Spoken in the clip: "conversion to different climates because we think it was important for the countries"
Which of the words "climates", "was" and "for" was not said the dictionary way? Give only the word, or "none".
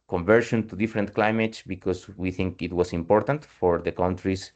was